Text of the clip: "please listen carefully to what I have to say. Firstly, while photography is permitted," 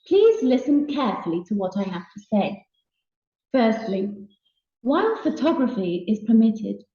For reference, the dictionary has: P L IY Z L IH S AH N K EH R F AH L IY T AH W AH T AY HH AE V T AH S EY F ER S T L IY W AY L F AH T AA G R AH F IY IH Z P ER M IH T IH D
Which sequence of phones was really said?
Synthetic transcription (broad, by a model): P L IY Z L IH S AH N K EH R F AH L IY T AH W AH T AY HH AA F T AH S EY F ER S T L IY W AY N F AH T AA G R AH F IY IH Z P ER M IH T IH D